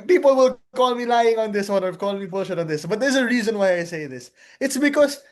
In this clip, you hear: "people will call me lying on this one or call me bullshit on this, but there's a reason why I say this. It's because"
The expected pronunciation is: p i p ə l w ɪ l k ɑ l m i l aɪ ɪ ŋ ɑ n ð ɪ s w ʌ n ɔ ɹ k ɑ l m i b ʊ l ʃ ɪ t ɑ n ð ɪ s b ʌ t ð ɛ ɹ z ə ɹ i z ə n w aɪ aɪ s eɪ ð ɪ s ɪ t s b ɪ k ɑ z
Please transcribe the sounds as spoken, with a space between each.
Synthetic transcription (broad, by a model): p i p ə l w ɪ l k ɑ l m i l aɪ ɪ ŋ ɑ n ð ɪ s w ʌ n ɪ l k ɑ l m i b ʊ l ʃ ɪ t ɑ n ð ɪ s b ʌ t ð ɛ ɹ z ə ɹ i z ə n w aɪ aɪ s eɪ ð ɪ s ɪ t s b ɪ k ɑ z